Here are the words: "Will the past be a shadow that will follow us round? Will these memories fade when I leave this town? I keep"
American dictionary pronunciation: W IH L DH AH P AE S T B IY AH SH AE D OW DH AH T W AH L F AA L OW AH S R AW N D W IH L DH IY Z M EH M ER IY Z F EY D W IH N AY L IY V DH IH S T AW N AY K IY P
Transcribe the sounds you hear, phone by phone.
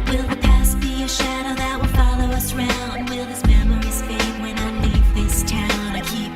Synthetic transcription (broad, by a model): W IH L DH AH P AE S B IY AH SH AE D OW DH AH T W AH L F AA L OW AH S R AW N D W IH L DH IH S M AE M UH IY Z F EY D W IH N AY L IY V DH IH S T AW N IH K IY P